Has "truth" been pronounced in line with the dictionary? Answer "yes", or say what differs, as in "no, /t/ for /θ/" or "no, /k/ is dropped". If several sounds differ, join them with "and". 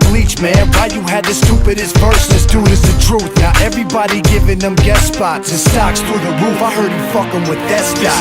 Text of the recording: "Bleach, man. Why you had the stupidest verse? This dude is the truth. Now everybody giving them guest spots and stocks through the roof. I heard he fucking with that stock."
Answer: yes